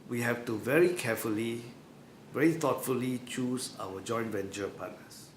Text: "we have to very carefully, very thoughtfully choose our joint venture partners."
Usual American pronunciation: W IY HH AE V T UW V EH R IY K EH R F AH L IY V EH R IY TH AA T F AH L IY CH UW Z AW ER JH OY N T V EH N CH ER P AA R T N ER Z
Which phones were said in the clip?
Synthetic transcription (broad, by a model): W IY HH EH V T UW V EH R IY K EH F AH L IY V EH R IY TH AA T F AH L IY CH UW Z AW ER JH OY N T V EH N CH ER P AA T N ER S